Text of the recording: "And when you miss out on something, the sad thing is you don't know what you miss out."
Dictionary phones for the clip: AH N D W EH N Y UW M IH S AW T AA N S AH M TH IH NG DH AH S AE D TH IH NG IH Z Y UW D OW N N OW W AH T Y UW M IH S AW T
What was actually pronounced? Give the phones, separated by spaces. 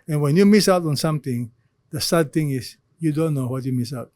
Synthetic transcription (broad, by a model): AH N W EH N Y UW M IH S AW T AA N S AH M T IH NG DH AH S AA D T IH NG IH S Y UW D OW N N OW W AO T Y UW M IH S AW T